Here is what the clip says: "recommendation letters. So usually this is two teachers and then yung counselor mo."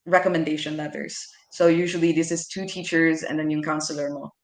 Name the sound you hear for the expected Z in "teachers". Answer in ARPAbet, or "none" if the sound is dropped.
Z